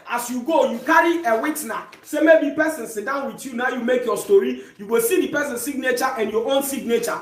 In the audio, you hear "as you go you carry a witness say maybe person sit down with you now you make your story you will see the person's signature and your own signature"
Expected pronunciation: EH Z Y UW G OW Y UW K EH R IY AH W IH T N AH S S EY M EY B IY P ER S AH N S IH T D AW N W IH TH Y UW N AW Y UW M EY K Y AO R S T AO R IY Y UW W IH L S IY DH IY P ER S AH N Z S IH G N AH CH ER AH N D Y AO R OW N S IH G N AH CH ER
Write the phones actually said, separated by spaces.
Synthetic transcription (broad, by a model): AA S Y UW G OW Y UW K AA R IY AH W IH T N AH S S EY M EY B IY P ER S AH N S IH T D AW N W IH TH Y UW N AW Y UW M EY K Y AO S T AO R IY Y UW W IH L S IY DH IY P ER S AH N S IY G N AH CH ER AH N D Y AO OW N S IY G N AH CH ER